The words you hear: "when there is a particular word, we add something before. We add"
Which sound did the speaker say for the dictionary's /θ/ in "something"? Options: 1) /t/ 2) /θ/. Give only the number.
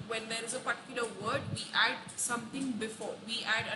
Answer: 1